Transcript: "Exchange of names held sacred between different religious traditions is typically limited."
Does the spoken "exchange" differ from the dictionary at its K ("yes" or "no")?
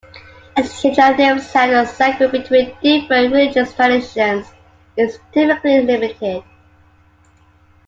yes